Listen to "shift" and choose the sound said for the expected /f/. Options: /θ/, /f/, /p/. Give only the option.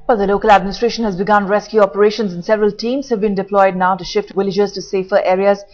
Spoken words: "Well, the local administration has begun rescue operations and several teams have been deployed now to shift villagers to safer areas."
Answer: /f/